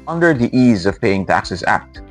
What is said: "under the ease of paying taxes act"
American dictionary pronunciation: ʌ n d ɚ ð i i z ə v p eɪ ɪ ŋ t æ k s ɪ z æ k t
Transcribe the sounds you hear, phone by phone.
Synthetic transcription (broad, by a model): ʌ n d ɚ ð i i z ə v p eɪ ɪ ŋ t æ k s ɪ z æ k t